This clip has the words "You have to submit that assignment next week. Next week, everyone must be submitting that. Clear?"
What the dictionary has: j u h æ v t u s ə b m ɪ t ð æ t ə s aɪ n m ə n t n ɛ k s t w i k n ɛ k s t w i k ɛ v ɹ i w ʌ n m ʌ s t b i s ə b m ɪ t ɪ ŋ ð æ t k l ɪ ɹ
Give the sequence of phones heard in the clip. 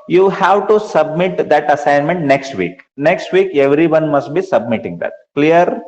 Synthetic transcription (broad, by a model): j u h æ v t u s ə b m ɪ t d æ t ə s aɪ n m ə n t n ɛ k s t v i k n ɛ k s t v i k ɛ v ɹ i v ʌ n m ʌ s t b i s ə b m ɪ t ɪ ŋ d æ t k l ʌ ɹ